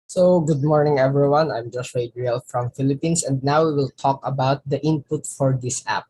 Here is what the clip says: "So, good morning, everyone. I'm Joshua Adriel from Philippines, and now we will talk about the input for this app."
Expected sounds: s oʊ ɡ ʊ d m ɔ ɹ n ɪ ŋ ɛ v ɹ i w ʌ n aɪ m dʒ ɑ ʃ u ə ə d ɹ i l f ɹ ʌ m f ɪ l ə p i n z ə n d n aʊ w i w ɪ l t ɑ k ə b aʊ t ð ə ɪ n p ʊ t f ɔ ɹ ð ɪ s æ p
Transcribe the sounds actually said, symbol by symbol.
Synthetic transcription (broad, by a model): s oʊ ɡ ʊ d m ɔ ɹ n ɪ ŋ ɛ v ɹ i w ʌ n aɪ m dʒ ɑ s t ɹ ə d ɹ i l f ɹ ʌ m f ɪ l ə p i n s ə n d n aʊ w i w ɪ l t ɑ k ə b aʊ t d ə ɪ n p ʊ t f ɔ ɹ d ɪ s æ p